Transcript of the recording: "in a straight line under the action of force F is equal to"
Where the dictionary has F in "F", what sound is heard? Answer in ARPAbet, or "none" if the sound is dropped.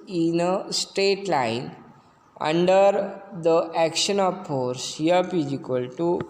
P